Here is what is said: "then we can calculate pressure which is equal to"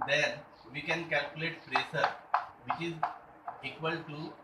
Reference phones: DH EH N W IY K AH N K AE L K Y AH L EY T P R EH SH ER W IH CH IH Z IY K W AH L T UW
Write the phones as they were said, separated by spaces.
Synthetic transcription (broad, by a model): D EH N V IY K AH N K AE L K Y AH L EY T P R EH S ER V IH CH IH Z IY K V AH L T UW